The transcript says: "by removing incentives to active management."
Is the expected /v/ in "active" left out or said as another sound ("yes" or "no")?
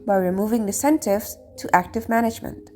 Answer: no